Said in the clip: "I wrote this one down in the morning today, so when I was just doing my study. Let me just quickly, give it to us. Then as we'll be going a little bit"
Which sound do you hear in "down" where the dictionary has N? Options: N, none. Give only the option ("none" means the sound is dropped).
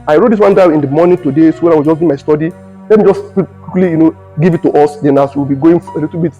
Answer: none